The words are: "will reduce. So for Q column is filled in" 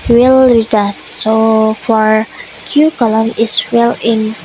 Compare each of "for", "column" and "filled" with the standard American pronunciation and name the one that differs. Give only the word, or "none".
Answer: filled